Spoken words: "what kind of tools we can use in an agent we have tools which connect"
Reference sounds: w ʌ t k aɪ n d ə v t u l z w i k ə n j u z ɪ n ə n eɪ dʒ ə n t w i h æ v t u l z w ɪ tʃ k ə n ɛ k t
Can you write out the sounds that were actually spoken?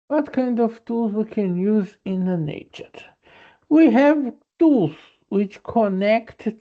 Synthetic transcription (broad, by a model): w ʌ t k aɪ n d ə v t u l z w i k ə n j u z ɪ n ə n eɪ tʃ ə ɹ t w i h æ v t u l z w ɪ tʃ k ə n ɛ k t